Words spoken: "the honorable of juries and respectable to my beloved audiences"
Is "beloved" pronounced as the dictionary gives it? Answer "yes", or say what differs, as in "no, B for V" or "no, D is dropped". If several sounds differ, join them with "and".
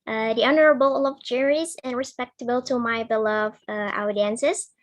no, D is dropped